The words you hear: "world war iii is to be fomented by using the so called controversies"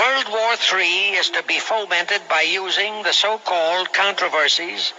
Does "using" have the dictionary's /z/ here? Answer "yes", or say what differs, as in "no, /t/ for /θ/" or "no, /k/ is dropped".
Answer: yes